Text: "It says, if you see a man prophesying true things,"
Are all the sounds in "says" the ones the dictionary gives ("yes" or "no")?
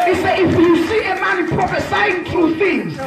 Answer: no